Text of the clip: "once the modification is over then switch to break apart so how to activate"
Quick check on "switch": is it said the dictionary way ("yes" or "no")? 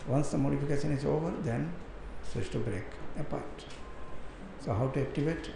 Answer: no